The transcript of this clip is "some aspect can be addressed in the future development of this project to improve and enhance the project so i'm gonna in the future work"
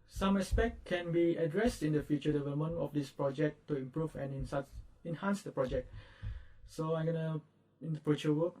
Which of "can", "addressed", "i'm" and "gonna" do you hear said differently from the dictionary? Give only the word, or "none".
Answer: none